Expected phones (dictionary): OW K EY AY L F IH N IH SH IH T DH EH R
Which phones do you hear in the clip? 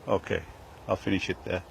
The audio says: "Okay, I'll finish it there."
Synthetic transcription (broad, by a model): OW K EY AY L F IH N IH SH IH T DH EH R